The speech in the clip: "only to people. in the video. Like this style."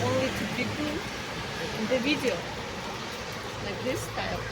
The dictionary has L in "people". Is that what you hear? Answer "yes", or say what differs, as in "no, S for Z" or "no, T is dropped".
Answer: no, N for L